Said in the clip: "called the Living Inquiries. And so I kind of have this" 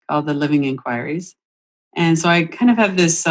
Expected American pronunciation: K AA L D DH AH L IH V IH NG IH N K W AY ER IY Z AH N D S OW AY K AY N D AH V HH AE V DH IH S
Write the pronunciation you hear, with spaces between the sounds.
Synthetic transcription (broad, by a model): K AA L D DH AH L IH V IH NG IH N K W AY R IY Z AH N S OW AY K AY N D AH V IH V DH IH S